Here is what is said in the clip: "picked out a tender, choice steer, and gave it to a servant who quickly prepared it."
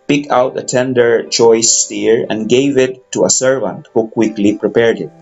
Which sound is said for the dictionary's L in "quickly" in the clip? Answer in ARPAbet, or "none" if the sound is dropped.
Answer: L